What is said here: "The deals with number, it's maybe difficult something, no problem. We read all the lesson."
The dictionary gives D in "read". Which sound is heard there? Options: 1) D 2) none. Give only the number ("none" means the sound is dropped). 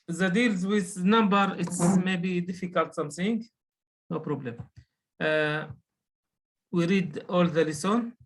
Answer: 1